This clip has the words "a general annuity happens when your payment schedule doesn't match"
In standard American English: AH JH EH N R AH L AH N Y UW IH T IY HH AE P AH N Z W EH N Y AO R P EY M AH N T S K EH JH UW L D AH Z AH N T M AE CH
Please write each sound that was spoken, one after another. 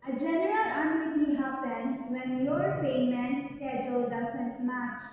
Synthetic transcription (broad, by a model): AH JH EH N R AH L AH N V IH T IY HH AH B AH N W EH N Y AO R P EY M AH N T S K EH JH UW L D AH S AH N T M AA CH